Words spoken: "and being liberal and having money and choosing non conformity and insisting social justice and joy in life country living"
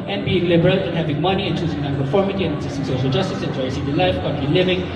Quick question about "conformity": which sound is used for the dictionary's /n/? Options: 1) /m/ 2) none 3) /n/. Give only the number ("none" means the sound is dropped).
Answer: 2